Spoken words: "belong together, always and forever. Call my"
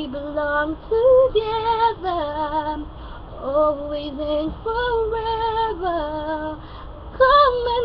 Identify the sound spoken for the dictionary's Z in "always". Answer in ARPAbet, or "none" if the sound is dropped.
Z